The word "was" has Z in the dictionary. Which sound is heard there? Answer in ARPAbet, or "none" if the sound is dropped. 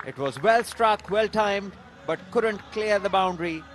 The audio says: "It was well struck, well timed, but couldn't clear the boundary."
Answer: Z